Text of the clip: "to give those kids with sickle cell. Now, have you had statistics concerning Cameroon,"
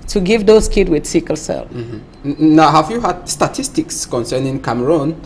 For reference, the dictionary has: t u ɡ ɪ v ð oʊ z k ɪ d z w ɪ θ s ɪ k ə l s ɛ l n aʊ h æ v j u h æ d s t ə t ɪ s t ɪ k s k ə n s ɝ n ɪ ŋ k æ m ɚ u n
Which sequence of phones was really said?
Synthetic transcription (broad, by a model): t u ɡ ɪ v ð oʊ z k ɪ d w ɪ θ s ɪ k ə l s ɛ l n aʊ h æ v j u h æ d s t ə t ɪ s t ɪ k s k ə n s ɝ n ɪ ŋ k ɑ m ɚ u n